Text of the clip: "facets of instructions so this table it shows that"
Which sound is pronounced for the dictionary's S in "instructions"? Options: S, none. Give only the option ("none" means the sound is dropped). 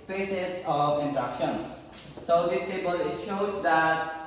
none